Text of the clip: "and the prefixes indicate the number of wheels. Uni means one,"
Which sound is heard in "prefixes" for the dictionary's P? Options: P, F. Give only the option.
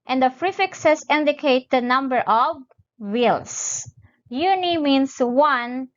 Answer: F